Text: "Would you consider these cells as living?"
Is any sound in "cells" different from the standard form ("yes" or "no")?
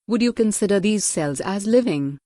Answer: no